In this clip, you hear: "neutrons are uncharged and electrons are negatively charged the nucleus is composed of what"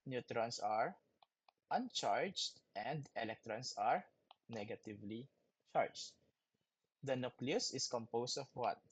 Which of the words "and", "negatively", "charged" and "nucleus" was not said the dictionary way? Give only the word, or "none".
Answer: none